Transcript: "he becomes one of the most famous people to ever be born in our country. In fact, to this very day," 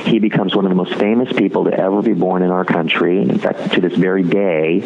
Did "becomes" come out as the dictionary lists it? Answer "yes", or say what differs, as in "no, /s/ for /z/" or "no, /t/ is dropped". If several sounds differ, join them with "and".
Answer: yes